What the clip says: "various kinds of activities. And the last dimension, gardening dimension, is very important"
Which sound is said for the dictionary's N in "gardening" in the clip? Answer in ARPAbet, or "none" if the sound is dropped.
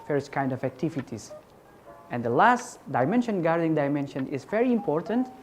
none